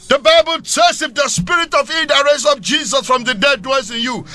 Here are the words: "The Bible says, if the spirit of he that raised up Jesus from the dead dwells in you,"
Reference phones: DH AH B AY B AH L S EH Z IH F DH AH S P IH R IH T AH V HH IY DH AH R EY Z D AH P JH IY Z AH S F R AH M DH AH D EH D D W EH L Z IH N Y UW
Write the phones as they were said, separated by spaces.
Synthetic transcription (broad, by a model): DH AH B AY B AH L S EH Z IH F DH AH S P IH R IH T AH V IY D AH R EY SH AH F JH IY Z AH S F R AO M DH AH D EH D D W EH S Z IH N Y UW